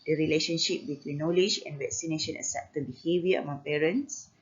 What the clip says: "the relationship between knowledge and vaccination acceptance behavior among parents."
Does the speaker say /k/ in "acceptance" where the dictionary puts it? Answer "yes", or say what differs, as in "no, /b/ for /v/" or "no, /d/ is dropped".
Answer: no, /k/ is dropped